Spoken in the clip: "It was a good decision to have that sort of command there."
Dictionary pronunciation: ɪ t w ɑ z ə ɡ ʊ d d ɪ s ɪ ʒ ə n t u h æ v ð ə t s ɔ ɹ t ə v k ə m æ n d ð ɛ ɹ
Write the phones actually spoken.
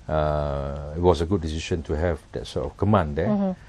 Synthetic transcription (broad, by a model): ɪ t w ɑ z ə ɡ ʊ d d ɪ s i ʃ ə n t u h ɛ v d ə t s ɔ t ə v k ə m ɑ n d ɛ